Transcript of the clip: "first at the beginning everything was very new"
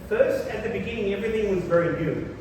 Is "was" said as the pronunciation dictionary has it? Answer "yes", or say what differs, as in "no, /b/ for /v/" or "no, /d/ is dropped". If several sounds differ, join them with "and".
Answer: yes